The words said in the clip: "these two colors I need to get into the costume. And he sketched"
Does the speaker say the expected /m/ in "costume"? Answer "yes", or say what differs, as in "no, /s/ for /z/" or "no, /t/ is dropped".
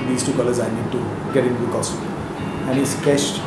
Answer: no, /m/ is dropped